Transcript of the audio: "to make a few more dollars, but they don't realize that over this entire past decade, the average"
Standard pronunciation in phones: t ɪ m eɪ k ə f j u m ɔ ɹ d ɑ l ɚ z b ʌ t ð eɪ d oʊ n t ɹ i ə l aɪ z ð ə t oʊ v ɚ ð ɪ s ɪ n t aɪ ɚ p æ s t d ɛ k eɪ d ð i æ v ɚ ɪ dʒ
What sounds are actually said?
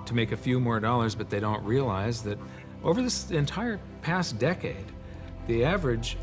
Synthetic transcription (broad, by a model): t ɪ m eɪ k ə f j u m ɔ ɹ d ɑ l ɚ z b ʌ t ð eɪ d oʊ n t ɹ i ə l aɪ z ð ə t oʊ v ɚ ð ɪ s ɪ n t aɪ ɚ p æ s d ɛ k eɪ d ð i æ v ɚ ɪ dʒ